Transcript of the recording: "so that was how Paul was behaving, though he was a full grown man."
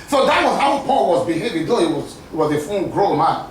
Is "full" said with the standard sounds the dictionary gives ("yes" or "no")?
no